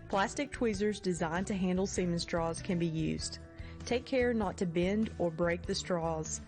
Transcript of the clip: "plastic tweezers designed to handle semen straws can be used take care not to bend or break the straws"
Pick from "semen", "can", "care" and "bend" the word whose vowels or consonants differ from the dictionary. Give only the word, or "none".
none